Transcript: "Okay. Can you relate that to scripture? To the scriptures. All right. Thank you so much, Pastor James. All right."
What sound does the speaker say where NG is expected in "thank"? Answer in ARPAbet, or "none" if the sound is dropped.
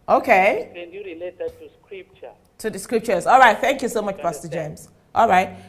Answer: NG